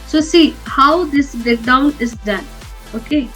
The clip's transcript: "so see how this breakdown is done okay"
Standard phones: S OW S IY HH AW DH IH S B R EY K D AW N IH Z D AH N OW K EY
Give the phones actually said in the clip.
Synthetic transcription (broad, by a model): S OW S IY HH AW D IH S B EY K D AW N IH Z D AH N OW K EY